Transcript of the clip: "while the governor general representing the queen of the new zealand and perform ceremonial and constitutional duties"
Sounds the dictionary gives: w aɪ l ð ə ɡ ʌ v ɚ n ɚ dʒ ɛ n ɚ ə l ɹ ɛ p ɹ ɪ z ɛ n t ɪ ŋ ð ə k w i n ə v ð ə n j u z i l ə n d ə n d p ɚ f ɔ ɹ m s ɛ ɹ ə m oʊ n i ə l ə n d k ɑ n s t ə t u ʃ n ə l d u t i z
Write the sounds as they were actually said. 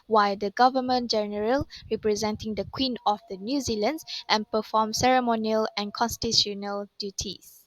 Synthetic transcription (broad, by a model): w aɪ l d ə ɡ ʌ v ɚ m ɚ dʒ ɛ n ɚ ə l ɹ ɛ p ɹ ɪ z ɛ n t ɪ ŋ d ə k w i n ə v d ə n j u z i l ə n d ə n p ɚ f ɔ m s ɛ ɹ ə m oʊ n i ə l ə n k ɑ n s t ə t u n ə l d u t i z